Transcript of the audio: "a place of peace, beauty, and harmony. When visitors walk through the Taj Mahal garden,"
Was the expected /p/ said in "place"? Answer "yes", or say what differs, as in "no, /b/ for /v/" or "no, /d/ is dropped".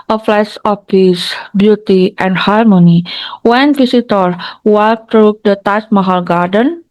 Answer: no, /f/ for /p/